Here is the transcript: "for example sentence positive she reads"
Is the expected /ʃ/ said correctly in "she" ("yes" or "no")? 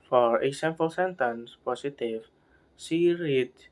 no